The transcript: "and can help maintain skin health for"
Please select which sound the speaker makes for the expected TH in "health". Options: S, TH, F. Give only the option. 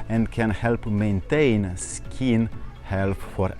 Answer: F